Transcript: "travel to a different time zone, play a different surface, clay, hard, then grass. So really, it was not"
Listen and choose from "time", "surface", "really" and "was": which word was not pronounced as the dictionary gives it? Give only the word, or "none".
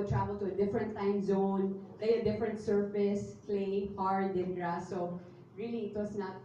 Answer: was